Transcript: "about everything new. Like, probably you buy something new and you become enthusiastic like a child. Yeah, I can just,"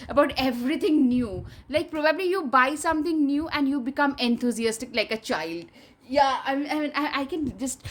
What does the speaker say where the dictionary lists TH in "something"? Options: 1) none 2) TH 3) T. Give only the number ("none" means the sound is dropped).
3